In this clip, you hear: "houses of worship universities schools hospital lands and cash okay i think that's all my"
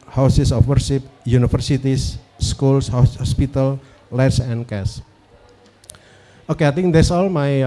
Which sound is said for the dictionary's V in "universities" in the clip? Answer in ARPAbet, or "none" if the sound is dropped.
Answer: F